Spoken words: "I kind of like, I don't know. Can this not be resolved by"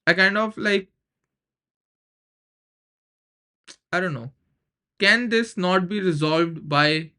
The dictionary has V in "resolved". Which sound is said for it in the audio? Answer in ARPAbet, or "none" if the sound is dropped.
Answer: V